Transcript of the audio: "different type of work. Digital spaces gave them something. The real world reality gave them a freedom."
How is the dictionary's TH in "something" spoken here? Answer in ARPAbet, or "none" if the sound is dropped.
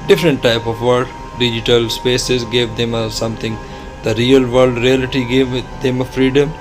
T